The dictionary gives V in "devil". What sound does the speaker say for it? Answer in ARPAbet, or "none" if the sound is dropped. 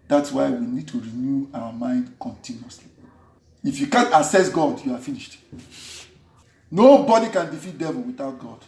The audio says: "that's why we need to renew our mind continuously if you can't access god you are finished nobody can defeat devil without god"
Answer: V